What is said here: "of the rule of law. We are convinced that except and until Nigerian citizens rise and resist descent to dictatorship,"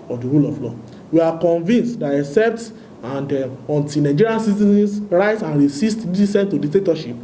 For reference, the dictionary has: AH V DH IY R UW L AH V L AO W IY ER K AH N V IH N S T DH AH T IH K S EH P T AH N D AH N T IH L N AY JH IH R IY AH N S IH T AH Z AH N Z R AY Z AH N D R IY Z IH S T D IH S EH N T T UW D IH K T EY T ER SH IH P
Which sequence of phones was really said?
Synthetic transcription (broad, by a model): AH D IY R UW L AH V L AO W IY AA K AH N V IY N S T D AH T IH K S EH P T AH N D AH N T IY N AY JH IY R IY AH N S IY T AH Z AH N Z R AY S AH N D R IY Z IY S T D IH S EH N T T UW D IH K T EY T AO SH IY P